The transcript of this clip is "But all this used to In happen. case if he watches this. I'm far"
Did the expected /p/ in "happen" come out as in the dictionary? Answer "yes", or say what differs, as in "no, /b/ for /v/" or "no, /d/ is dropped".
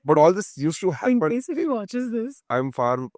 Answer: no, /p/ is dropped